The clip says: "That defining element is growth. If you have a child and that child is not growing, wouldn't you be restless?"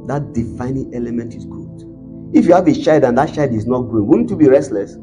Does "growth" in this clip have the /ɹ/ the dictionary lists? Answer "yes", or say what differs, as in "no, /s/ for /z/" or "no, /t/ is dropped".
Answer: no, /ɹ/ is dropped